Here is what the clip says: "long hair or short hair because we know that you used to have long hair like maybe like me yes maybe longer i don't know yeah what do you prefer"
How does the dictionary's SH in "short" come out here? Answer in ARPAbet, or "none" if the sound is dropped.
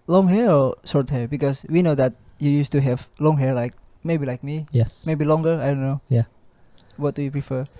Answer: S